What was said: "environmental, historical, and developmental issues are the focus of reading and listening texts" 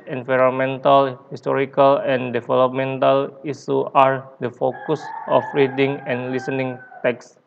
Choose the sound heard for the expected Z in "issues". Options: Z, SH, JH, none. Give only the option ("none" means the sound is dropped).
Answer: none